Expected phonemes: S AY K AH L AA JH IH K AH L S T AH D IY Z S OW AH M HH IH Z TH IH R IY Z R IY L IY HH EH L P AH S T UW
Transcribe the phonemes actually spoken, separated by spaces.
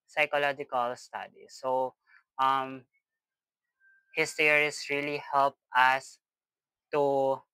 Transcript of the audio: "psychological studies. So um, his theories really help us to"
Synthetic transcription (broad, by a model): S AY K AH L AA JH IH K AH L S T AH D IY S OW AH M HH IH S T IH R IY S R IY L IY HH EH L P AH S T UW